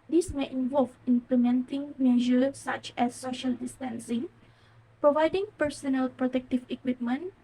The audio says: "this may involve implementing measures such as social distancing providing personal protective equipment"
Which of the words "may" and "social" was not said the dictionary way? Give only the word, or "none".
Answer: none